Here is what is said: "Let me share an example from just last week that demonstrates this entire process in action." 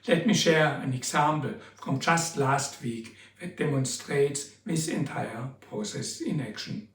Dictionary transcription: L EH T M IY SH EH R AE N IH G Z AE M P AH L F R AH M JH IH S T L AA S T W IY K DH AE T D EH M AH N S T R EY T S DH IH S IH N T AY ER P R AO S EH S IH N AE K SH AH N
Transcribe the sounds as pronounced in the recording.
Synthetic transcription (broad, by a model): L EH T M IY SH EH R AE N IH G S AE M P L F R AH M JH IH S T L AA S T W IY K DH AE T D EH M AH N S T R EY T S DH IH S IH N T AY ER P R AO S EH S IH N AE K SH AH N